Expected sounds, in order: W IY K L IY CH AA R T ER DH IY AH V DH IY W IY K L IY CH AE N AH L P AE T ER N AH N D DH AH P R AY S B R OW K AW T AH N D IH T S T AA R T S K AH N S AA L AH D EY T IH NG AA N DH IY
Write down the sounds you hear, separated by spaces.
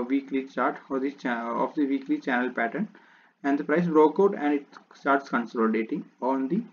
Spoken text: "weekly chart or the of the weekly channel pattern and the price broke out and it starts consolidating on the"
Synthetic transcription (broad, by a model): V IY K L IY S AA R T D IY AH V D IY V IY K L IY CH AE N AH L P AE T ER N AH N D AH P R AY S B R OW K AW T AH N D IH T S T AA R T S K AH N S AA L D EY T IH NG AA N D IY